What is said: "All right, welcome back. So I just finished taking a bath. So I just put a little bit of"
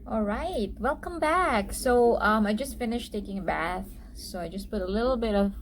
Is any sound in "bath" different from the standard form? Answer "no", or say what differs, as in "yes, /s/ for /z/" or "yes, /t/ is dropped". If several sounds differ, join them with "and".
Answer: no